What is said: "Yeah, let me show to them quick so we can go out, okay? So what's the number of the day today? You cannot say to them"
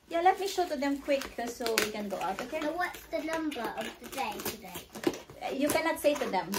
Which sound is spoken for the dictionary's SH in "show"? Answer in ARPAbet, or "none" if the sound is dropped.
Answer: SH